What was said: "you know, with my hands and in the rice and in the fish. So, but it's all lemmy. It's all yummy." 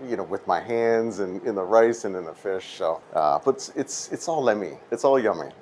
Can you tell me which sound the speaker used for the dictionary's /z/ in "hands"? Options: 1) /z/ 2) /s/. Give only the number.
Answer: 1